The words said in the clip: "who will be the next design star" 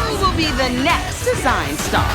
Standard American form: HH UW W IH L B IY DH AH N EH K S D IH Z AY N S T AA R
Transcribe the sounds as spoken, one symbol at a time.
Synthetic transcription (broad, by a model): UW W IH L B IY DH AH N EH K S D IH Z AY N S T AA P